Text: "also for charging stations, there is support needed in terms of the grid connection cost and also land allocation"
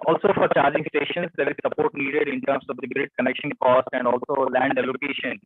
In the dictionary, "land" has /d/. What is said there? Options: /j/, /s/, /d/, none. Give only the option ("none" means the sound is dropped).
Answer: /d/